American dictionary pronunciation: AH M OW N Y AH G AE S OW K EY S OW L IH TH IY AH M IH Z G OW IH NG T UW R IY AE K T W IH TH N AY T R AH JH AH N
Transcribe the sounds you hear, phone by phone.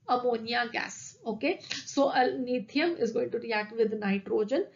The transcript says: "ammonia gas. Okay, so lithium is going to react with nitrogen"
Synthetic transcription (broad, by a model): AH M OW N Y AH G AE S OW K EY S OW N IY T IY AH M IH Z G OW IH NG T UW R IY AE K T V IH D N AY T R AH JH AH N